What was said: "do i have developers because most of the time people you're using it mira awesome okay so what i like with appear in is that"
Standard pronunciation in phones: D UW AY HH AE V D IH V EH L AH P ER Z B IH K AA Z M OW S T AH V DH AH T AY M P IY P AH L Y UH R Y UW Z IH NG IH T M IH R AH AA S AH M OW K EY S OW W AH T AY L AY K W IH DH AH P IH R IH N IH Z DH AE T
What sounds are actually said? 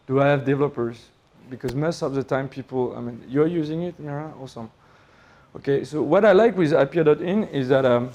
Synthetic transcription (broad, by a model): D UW AY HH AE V D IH V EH L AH P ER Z B IH K AA Z M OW S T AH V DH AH T AY M P IY P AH N Y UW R Y UW Z IH NG IH T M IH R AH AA S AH M OW K EY S OW W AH T AY L AY K W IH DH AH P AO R IH N IH Z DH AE T